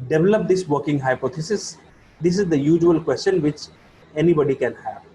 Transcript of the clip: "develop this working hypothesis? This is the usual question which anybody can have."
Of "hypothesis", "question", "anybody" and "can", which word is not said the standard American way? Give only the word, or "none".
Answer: hypothesis